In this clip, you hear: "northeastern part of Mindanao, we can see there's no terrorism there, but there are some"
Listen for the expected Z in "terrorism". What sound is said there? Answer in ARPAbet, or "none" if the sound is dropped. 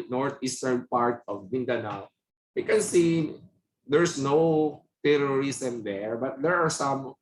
S